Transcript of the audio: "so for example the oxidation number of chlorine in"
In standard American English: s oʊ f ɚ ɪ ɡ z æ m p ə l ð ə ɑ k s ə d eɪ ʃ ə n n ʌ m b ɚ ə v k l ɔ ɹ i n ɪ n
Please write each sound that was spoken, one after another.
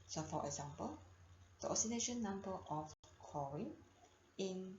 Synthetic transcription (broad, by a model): s oʊ f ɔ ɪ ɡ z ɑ m p ə l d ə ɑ s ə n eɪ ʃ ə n n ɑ m b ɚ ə f k ɔ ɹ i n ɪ n